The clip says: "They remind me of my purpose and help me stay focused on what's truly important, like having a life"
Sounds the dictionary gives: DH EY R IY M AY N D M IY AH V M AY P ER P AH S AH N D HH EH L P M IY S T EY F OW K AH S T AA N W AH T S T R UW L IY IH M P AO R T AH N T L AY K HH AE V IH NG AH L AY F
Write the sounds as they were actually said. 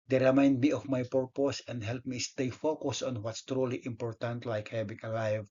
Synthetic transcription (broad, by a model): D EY R IY M AY N D M IY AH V M AY P ER P AH S AH N D HH EH L P M IY S T EY F OW K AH S AA N W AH T S T R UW L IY IH M P AO R T AH N T L AY K HH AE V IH NG AH L AY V